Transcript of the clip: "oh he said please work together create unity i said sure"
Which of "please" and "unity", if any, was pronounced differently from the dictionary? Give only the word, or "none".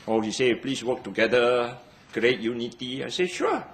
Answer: please